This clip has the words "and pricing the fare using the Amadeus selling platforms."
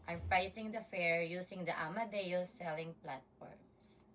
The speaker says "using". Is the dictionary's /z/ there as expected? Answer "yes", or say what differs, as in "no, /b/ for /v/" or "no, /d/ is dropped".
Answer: no, /s/ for /z/